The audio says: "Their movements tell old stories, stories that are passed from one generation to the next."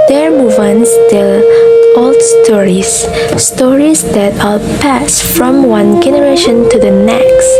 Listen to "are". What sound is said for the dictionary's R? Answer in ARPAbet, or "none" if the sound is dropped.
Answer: L